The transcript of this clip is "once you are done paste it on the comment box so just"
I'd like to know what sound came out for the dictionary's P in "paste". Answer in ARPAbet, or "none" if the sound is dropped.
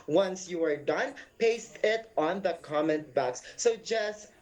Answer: P